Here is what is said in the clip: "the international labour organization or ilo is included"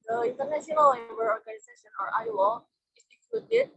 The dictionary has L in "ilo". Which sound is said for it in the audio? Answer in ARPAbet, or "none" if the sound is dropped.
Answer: W